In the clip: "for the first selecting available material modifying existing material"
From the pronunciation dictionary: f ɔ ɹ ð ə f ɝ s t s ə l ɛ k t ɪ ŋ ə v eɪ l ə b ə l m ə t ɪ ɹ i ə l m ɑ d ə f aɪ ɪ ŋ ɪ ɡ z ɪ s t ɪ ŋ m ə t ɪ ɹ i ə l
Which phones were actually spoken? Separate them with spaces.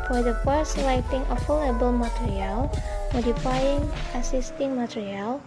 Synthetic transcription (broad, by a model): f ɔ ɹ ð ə f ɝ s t s l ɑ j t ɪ ŋ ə f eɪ l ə b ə l m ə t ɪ ɹ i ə l m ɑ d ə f aɪ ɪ ŋ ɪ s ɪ s t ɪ ŋ m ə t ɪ ɹ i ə l